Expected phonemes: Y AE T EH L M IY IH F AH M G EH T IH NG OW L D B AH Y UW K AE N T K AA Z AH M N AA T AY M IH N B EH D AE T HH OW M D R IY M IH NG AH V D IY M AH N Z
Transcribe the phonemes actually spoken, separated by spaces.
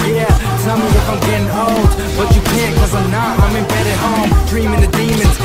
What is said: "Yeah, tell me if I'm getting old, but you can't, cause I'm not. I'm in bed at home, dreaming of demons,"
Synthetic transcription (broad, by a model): Y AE S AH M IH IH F AH M G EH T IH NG OW L D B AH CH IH K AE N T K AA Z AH N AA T AY M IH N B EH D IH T HH OW M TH R IY M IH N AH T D IY M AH N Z